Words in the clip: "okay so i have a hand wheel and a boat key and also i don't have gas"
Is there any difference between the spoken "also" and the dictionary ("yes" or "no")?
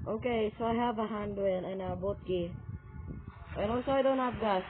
yes